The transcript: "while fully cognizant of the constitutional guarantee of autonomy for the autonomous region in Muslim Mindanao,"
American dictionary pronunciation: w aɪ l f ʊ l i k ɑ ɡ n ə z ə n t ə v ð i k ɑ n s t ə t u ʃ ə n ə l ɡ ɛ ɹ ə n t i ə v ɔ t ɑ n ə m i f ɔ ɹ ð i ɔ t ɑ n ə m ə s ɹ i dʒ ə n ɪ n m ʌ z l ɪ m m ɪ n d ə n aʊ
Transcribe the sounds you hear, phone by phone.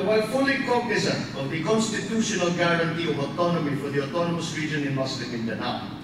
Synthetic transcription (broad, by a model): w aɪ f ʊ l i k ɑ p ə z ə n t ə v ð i k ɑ n s t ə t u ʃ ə n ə l ɡ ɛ ɹ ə n t i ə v ɔ t ɑ n ə m i f ɔ ɹ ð i ɔ t ɑ n ə m ə s ɹ i dʒ ə n ɪ n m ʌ s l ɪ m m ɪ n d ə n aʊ